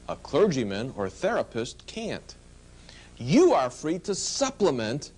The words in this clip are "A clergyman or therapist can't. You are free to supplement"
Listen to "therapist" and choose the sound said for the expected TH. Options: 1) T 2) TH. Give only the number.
2